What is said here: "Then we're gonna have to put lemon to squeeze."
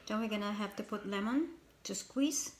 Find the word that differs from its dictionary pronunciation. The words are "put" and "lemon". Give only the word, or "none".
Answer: none